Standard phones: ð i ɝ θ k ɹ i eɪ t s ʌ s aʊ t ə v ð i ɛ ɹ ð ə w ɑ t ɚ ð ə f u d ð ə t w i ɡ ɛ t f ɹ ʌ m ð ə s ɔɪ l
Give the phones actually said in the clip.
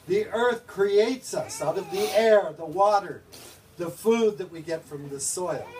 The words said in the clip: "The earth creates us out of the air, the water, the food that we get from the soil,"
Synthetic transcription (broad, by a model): ð i ɝ θ k ɹ i eɪ t s ʌ s aʊ t ə v ð i ɛ ɹ ð ə w ɑ t ɚ ð ə f u d ð ə t w i ɡ ɛ t f ɹ ʌ m ð ə s ɔɪ l